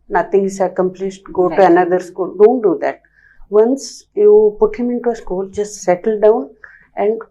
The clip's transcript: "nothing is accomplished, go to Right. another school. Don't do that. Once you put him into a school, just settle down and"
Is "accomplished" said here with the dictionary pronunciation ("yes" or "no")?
no